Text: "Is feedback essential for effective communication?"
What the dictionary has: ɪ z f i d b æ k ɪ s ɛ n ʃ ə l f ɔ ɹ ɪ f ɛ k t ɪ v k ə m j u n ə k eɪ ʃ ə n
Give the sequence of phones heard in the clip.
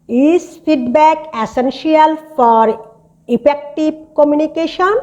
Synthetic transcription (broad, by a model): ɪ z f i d b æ k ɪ s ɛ n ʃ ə l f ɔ ɹ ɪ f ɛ k t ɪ b k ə m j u n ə k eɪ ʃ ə n